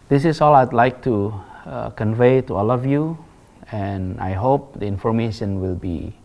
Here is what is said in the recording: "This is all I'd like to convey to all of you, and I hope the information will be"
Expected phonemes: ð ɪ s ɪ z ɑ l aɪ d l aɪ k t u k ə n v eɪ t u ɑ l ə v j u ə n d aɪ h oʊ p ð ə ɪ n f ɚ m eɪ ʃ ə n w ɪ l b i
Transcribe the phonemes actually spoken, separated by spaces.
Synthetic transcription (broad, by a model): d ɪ s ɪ s ɑ l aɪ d l aɪ k t u k ə n v eɪ t u ɑ l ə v j u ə n aɪ h oʊ p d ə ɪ n f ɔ m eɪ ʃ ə n w ɪ l b i